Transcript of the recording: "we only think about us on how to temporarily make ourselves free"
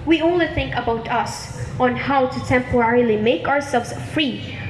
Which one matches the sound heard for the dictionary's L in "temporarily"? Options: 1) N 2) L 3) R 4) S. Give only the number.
2